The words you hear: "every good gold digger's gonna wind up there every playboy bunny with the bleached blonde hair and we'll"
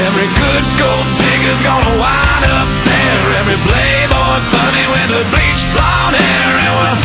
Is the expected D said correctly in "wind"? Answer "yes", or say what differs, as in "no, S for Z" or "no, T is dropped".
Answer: no, D is dropped